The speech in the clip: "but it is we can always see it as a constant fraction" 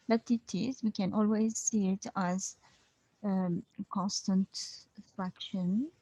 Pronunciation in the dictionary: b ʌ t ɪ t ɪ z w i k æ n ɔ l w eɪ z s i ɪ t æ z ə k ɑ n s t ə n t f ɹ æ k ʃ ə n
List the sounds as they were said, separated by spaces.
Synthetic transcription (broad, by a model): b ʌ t ɪ t ɪ z w i k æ n ɔ l w eɪ z s i ɪ t æ z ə k ɑ n s t ə n t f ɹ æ k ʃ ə n